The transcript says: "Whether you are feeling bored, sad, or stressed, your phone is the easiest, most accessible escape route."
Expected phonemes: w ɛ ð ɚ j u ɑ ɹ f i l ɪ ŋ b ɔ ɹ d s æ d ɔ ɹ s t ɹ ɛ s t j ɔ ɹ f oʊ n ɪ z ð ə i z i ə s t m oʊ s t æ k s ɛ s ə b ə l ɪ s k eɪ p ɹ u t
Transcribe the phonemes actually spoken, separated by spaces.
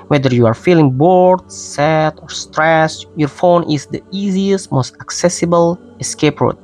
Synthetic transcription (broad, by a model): w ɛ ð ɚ j u ɑ ɹ f i l ɪ ŋ b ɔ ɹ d s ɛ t ɔ ɹ s t ɹ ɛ s j ɔ ɹ f oʊ n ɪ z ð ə i z i ə s t m oʊ s t æ k s ɛ s ə b ə l ɪ s k eɪ p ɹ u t